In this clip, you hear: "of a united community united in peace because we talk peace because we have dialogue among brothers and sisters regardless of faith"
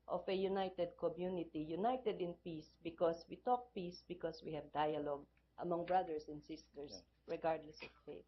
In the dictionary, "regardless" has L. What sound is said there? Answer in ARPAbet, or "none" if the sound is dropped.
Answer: L